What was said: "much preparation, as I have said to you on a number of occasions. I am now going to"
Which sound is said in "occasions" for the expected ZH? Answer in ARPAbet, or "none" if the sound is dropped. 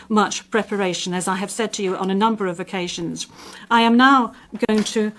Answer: ZH